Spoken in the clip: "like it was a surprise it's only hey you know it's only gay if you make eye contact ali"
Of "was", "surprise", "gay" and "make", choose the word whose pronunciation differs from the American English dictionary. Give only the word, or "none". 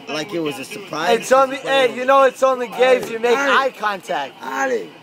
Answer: surprise